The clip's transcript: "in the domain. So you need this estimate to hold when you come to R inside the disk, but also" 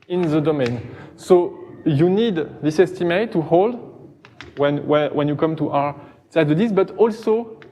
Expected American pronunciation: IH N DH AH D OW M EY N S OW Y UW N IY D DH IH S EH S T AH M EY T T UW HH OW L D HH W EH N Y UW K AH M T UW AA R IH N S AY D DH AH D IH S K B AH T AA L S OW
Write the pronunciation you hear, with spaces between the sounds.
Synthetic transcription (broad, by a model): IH N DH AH D OW M EY N S OW Y UW N IY D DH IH S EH S T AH M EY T T UW HH OW L D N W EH N Y UW K AH M T UW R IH S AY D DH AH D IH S B AH T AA L S OW